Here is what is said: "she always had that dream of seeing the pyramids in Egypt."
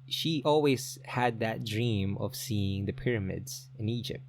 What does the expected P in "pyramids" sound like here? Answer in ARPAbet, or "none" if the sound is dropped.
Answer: P